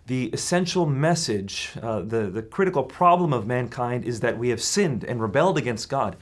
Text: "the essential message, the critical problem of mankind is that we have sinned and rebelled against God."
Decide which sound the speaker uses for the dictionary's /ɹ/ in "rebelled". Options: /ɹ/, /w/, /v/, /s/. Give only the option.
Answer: /ɹ/